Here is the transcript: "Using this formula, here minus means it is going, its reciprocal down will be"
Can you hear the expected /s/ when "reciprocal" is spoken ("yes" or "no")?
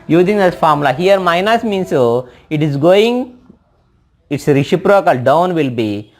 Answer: no